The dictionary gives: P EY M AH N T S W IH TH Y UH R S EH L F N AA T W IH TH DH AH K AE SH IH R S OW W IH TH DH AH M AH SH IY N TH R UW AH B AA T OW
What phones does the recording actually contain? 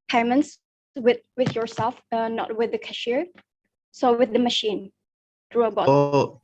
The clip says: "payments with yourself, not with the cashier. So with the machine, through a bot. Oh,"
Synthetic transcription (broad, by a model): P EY M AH N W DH W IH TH Y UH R S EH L F N AA T W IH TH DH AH K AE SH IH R S OW W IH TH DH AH M AH SH IY N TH R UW AH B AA OW